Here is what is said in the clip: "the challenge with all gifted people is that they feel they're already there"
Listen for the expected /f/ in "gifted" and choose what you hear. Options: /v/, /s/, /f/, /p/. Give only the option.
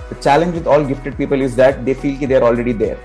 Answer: /f/